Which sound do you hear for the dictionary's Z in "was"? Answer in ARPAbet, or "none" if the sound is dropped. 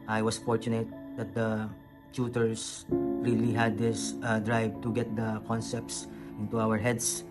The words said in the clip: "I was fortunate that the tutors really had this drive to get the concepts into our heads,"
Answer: S